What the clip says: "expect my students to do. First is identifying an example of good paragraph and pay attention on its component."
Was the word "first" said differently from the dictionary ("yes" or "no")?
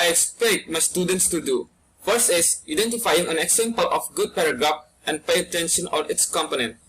yes